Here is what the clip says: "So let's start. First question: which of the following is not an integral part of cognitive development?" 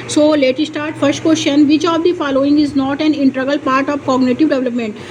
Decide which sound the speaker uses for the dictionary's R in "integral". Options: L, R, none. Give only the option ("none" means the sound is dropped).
none